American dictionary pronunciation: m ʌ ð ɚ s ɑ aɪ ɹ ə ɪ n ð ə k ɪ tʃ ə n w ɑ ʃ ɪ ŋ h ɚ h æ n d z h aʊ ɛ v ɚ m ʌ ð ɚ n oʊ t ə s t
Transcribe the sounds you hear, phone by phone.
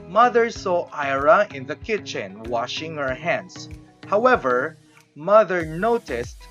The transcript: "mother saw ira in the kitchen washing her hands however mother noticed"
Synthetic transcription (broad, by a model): m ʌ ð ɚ s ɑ aɪ ɹ ə ɪ n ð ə k ɪ tʃ ə n w ɑ ʃ ɪ ŋ h ɚ h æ n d s h aʊ ɛ v ɚ m ʌ ð ɚ n oʊ t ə s t